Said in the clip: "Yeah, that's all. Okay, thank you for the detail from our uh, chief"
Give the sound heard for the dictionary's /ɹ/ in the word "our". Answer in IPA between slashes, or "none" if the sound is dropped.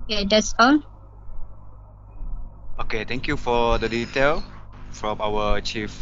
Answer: /w/